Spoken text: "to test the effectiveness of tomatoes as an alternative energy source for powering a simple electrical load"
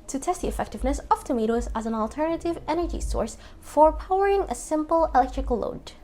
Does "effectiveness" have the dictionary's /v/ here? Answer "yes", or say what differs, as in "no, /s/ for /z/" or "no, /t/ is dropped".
yes